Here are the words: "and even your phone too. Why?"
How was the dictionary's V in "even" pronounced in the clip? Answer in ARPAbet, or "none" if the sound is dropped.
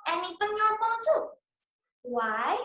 F